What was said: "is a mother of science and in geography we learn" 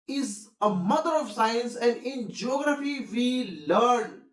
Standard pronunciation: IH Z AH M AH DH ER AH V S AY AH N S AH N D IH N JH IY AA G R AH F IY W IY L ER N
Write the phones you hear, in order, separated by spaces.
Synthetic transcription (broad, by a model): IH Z AH M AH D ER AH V S AY AH N S AH N D IH N JH IY AA G R AH F IY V IY L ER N